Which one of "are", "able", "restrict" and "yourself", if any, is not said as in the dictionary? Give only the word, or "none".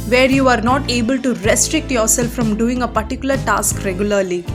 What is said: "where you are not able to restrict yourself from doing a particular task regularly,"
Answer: none